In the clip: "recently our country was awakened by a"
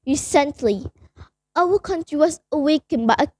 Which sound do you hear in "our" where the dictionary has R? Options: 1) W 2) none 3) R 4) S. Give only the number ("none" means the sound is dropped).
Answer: 1